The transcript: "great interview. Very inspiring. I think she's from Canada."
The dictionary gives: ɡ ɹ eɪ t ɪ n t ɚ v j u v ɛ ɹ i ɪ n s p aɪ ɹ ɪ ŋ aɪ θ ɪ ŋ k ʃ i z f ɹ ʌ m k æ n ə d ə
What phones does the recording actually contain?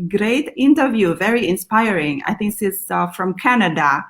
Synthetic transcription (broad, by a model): ɡ ɹ eɪ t ɪ n t ɚ v j u v ɛ ɹ i ɪ n s p aɪ ɹ ɪ ŋ aɪ θ ɪ ŋ k s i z f ɹ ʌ m k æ n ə d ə